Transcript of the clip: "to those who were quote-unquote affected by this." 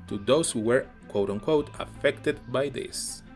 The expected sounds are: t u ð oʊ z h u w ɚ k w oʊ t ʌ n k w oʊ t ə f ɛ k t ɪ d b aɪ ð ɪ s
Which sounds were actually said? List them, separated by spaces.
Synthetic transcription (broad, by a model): t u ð oʊ s h u w ɚ k w oʊ t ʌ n k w oʊ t ə f ɛ k t ɪ d b aɪ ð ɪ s